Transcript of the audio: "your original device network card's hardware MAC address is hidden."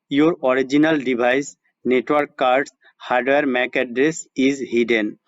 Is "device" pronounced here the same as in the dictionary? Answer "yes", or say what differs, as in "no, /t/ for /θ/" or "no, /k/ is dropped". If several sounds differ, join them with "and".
no, /b/ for /v/